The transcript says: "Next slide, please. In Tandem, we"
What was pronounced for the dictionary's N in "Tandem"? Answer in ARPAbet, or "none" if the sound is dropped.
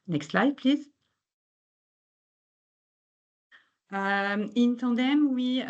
none